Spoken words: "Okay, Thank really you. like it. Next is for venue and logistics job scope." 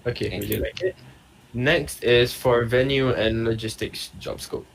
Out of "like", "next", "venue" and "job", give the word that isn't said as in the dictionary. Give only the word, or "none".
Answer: none